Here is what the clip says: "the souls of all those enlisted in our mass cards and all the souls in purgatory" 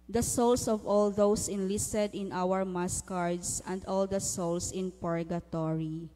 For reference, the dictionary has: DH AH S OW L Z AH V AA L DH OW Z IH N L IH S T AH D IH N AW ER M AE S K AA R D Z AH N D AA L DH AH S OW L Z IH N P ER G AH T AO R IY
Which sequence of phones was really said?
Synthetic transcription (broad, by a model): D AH S OW L S AH V AA L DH OW S IH N L IH S T AH D IH N AW ER M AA S K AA R D S AH N D AA L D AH S OW L S IH N P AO G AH T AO R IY